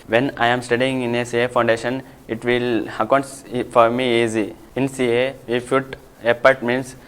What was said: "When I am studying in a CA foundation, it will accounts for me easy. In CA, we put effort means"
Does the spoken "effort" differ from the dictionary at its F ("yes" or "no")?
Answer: yes